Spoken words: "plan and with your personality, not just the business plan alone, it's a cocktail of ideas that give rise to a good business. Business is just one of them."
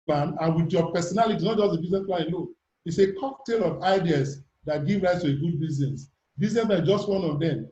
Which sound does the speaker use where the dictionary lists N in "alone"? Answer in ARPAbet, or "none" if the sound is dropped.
none